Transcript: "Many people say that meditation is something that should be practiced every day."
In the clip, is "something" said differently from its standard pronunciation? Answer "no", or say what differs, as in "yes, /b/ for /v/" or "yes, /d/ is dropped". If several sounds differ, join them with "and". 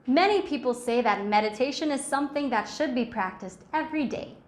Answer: no